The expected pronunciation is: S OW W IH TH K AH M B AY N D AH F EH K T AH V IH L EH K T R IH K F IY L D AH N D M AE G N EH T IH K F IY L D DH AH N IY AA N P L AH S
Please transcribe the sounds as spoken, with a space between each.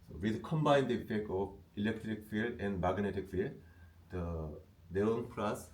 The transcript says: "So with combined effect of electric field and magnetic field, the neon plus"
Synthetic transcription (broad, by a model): S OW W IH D K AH M B AY N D AH F EH K T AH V IH L EH K T R IH K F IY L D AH N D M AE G N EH T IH K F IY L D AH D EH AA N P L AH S